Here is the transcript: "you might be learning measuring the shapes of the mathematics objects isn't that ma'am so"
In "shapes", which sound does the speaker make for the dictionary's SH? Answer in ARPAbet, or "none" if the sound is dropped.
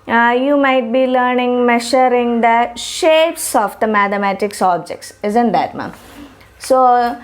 SH